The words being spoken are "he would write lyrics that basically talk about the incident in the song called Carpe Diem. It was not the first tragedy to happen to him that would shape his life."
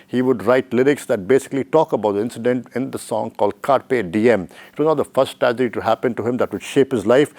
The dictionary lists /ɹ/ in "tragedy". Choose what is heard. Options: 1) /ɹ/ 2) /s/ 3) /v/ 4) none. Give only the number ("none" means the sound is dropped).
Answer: 4